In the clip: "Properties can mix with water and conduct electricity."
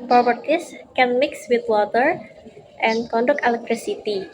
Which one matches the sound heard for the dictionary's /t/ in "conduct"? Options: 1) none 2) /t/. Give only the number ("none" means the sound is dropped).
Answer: 1